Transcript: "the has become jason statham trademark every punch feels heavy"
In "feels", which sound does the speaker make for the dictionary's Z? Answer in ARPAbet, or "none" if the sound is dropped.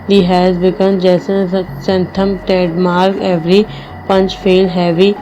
none